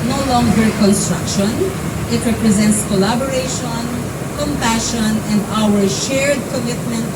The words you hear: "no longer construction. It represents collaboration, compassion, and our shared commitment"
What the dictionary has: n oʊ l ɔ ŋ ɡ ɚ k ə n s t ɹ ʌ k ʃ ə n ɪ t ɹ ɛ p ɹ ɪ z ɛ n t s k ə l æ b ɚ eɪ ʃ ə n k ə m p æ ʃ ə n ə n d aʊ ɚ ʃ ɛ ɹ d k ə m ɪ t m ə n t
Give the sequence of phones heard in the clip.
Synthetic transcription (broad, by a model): n oʊ l ɔ ŋ ɡ ɚ k ə n s t ɹ ʌ k ʃ ə n ɪ t ɹ ɛ p ɹ ɪ z ɛ n t s k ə l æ b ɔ eɪ ʃ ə n k ə m p æ ʃ ə n ə n d aʊ ɚ ʃ ɛ ɹ d k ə m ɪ t m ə n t